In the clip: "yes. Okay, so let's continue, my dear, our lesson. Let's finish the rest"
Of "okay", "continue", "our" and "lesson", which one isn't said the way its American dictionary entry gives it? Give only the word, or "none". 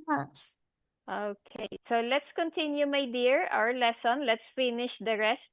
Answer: none